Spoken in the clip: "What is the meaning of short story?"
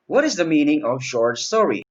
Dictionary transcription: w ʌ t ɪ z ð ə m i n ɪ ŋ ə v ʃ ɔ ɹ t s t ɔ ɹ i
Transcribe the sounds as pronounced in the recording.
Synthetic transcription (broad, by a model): w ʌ t ɪ z ð ə m i n ɪ ŋ ə v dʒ ɔ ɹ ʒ s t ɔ ɹ i